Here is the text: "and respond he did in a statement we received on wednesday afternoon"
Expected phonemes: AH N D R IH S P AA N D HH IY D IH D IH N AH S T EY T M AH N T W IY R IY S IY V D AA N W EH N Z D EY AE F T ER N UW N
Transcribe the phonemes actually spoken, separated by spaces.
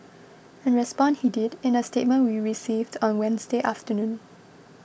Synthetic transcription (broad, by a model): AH N R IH S P AA N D HH IY D IH D IH N AH S T EY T M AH N W IY R IY S IY V D AA N W EH N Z D EY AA F T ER N UW N